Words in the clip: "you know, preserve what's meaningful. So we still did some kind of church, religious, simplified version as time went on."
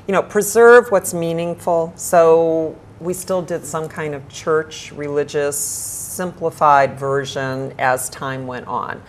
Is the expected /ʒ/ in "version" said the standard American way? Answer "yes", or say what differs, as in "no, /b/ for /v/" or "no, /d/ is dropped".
yes